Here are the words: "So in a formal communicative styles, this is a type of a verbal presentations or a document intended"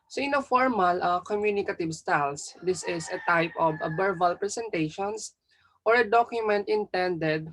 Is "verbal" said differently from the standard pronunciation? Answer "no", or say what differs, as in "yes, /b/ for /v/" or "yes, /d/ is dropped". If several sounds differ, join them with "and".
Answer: yes, /b/ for /v/